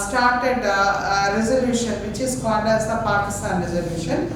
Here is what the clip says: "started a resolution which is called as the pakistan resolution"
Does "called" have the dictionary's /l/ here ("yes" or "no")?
no